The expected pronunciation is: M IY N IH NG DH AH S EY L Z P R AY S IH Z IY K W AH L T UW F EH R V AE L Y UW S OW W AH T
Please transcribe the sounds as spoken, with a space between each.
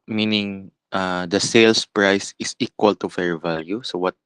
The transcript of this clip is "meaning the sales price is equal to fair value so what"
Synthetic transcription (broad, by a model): M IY N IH NG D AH S EY L S P R AY S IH S IY K W AH L T UW F EH R V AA L Y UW S OW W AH T